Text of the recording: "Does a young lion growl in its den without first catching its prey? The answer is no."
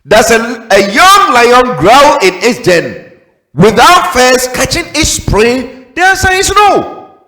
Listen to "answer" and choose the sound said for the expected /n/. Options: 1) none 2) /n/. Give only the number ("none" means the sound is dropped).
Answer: 1